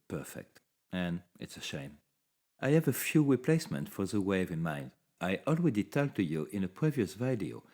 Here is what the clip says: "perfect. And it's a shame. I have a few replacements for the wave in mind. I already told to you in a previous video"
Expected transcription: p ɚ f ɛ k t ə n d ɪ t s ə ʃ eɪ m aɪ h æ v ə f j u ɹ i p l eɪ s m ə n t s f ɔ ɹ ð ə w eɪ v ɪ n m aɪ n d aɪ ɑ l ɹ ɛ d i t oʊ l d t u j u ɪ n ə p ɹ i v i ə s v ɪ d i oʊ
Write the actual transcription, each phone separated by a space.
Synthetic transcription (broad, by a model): p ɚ f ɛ k t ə n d ɪ t s ə ʃ eɪ m aɪ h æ v ə f j u ɹ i p l eɪ s m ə n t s f ɔ ɹ ð ə w eɪ v ɪ n m aɪ n d aɪ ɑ l w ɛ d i t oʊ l t u j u ɪ n ə p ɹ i v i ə s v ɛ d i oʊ